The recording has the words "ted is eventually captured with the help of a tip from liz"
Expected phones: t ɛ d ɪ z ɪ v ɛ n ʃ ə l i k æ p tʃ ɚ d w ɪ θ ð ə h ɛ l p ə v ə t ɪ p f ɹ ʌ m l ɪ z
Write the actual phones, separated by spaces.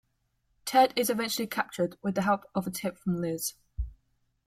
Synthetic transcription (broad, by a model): t ɛ d ɪ z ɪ v ɛ n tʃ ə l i k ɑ p tʃ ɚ d w ɪ ð ə h ɛ l p ə v ə t ɪ p f ɹ ʌ m l ɪ z